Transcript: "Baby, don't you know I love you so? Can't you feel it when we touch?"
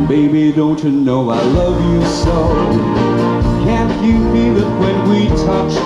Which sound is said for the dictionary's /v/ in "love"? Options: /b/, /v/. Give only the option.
/v/